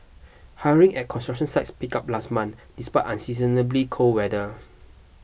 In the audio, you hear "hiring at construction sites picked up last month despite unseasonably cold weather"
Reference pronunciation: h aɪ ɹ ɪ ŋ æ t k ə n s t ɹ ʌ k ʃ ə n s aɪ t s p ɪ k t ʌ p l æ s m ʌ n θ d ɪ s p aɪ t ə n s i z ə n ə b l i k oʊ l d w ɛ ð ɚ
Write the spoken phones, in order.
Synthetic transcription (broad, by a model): h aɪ ɹ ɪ ŋ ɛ t k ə n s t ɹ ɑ k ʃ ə n s aɪ t s p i k ɑ p l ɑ s m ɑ n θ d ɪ s p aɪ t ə n s i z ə n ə b l i k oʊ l w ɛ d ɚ